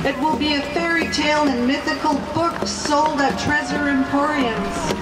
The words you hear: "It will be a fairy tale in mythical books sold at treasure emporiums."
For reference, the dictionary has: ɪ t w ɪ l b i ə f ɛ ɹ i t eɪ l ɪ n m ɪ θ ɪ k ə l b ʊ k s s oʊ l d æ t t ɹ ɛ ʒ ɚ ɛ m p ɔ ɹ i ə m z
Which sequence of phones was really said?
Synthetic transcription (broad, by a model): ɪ t w ɪ l b i ə f ɛ ɹ i t eɪ l ɪ n m ɪ θ ɪ k ə l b ʊ k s s oʊ l d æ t t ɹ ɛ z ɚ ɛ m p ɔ ɹ i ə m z